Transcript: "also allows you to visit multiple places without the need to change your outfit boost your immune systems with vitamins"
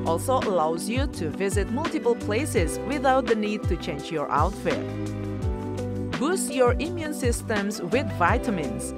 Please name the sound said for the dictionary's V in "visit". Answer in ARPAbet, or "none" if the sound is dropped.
V